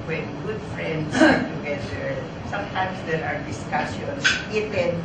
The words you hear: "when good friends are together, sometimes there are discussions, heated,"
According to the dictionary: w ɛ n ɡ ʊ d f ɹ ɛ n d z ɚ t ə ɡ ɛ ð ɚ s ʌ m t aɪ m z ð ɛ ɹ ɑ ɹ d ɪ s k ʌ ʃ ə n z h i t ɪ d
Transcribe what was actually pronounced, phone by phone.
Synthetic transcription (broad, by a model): w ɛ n ɡ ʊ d f ɹ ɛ n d s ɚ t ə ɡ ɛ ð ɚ s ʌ m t aɪ m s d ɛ ɹ ɑ ɹ d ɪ s k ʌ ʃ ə n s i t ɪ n